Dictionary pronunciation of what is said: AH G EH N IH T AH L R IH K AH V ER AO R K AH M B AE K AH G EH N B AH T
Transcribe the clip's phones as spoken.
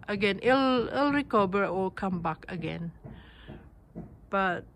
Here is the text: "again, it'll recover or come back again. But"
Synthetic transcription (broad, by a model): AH G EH N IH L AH L R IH K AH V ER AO L K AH M B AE K AH G EH N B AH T